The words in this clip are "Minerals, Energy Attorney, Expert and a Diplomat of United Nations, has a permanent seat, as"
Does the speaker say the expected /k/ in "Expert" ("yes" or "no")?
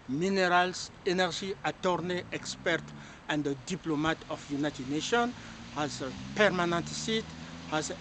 yes